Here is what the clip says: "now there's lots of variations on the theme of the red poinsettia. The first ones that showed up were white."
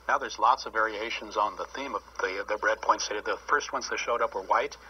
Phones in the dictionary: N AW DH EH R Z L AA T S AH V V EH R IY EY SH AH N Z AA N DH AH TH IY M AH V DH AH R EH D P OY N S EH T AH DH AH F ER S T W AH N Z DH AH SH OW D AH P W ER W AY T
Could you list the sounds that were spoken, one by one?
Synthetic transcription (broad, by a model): N AW DH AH R Z L AA T S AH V V EH R IY EY SH AH N Z N DH AH TH IY M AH V DH AH R EH D P OY N S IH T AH DH AH F ER S T W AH N S DH AH SH OW D AH P W ER W AY T